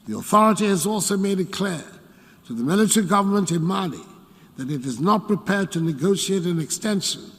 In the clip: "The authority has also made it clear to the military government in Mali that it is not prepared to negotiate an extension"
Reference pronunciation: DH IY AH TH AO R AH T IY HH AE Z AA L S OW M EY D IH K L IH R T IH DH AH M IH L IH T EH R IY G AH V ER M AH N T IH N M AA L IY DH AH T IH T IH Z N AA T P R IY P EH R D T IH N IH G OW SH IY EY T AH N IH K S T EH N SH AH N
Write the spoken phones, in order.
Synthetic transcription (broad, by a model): DH IY AH TH AO R AH T IY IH Z AA L S OW M EY D IH K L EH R T IH DH AH M IH L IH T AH R IY G AH V ER M AH N T IH N M AA L IY DH AH T IH T IH Z N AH T P R IY P EH R D T IH N IH G OW SH IY EY T AH N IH K S T EH N SH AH N